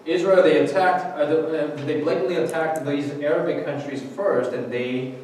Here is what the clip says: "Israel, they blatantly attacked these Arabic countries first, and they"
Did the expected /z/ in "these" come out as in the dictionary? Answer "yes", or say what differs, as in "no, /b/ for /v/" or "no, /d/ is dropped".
yes